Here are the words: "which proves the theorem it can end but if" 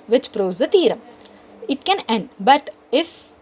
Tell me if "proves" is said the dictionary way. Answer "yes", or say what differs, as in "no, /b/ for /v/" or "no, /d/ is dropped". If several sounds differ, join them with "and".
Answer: no, /v/ is dropped